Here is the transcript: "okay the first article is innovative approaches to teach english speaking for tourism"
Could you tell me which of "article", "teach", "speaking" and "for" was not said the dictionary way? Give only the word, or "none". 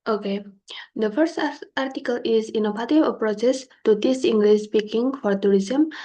teach